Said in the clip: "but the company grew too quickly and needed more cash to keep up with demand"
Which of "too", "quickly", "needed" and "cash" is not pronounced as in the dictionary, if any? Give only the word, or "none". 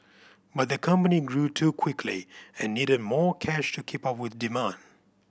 none